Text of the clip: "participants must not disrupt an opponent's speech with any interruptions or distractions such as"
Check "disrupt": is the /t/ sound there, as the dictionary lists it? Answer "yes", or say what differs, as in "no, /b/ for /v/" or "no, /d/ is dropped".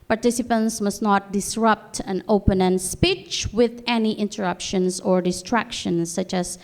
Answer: yes